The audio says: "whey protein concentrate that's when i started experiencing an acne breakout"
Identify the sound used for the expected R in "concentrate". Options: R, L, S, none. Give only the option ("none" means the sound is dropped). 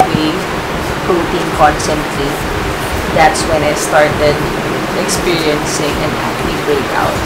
L